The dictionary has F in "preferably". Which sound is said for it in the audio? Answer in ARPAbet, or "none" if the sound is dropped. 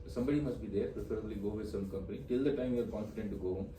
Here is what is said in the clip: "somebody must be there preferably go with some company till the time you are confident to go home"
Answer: P